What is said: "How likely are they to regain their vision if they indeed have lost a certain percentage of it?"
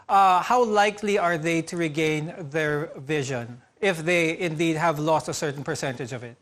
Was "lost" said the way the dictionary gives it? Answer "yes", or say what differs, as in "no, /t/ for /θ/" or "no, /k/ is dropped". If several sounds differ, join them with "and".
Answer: yes